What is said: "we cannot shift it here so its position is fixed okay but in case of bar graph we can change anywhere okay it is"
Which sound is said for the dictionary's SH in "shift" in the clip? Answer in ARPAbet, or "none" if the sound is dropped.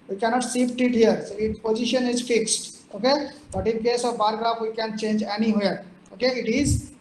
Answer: S